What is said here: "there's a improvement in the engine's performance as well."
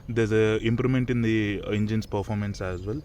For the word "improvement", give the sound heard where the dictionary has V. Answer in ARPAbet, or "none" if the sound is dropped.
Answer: none